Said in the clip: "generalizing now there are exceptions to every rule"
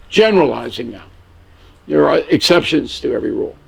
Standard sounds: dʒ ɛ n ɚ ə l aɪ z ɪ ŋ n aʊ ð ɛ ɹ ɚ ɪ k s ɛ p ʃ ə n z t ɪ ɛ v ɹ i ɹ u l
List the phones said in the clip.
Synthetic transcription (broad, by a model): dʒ ɛ n ɚ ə l aɪ z ɪ ŋ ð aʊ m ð ɚ ɪ k s ɛ p ʃ ə n z t ɪ ɛ v ɹ i ɹ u l